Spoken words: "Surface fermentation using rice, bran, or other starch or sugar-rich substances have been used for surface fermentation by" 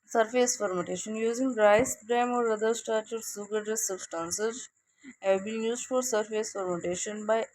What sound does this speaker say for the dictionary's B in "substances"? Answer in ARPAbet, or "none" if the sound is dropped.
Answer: none